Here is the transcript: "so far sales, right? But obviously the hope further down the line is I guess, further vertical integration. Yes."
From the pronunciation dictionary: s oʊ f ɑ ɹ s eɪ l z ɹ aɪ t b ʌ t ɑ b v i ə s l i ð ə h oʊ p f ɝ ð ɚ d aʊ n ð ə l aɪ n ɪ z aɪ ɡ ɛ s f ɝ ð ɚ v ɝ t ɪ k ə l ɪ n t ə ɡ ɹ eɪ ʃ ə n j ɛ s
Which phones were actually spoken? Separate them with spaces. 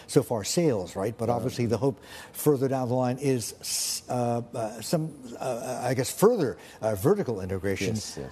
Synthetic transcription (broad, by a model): s oʊ f ɑ ɹ s eɪ l z ɹ aɪ t b ʌ t ɑ b v i ə s l i ð ə h oʊ p f ɝ ð ɚ d aʊ n ð ə l aɪ n ɪ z aɪ ɡ ɛ s f ɝ ð ɚ v ɝ t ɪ k l ɪ n t ə ɡ ɹ eɪ ʃ ə n